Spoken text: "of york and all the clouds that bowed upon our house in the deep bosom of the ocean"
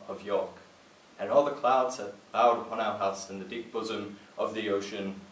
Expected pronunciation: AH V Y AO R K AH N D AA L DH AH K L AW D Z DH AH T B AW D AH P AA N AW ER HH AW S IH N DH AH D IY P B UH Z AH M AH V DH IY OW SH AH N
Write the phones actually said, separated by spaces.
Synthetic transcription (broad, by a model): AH V Y AO R K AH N AA L DH AH K L AW D Z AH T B AW D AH P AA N AW ER HH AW S IH N DH AH D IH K B UH Z AH M AH V DH IY OW SH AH N